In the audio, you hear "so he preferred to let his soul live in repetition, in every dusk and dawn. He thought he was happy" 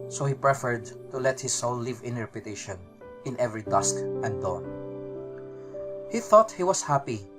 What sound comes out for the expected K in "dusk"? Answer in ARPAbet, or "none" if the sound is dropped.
K